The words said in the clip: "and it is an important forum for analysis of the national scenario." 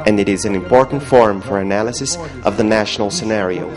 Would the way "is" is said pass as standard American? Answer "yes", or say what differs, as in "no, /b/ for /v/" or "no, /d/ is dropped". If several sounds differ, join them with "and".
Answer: yes